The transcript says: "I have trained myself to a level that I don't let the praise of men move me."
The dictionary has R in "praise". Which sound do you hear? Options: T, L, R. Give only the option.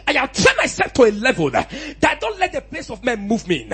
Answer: L